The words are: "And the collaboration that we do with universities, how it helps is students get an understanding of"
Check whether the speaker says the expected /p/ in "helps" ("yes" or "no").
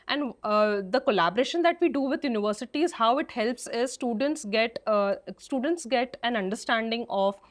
yes